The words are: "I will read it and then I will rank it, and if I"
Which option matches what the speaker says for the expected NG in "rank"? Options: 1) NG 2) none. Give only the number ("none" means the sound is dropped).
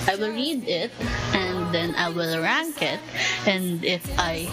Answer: 1